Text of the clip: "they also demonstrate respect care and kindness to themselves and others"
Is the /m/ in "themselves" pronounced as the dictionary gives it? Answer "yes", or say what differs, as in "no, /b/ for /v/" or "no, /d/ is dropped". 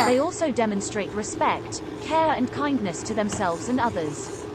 yes